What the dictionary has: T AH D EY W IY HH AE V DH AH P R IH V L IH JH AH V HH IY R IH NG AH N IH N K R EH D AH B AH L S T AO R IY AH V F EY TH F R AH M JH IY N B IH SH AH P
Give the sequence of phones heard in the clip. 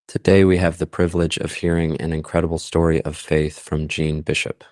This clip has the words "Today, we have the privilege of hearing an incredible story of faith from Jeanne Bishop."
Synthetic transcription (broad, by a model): T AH D EY W IY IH V DH AH P R IH V L IH JH AH V HH IY R IH NG AH N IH N K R EH D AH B L S T AO R IY AH V F EY TH F R AH M JH IY N B IH SH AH P